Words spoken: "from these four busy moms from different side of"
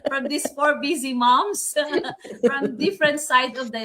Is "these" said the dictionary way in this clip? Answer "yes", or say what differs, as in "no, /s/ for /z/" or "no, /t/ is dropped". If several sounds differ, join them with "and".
no, /s/ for /z/